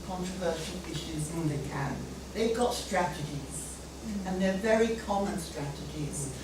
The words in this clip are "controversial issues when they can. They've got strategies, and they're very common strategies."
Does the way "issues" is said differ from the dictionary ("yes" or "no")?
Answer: no